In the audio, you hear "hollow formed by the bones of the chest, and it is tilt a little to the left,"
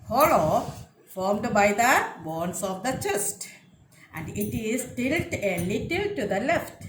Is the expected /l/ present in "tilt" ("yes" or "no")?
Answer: yes